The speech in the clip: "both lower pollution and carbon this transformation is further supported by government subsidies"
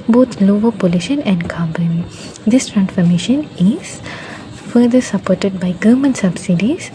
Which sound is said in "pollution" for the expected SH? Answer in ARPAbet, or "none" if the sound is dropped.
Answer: SH